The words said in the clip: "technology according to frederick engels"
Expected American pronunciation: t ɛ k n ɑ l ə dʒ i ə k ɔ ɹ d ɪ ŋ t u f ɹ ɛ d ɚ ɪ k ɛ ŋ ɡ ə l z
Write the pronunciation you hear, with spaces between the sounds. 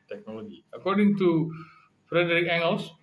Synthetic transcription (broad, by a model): t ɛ k n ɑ l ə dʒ i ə k ɔ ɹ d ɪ ŋ t u f ɹ ɛ d ɚ ɪ k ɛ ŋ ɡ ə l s